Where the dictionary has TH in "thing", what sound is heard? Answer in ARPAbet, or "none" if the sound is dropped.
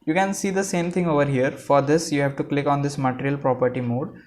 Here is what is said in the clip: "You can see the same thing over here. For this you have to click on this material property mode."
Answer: T